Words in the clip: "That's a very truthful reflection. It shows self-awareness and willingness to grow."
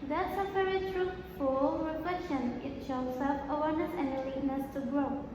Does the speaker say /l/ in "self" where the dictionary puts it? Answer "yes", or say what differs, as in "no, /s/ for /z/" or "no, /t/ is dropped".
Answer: no, /l/ is dropped